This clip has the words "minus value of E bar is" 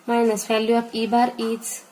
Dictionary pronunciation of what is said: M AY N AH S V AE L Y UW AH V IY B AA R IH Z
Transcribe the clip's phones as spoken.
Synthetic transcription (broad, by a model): M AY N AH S F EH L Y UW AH P IY B AA R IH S